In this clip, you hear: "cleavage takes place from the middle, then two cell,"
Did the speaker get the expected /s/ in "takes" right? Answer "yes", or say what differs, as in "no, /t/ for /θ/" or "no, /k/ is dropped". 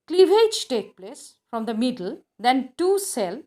no, /s/ is dropped